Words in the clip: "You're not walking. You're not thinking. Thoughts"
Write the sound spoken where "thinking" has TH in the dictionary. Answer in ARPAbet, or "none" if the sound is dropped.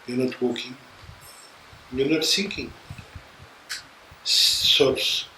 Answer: S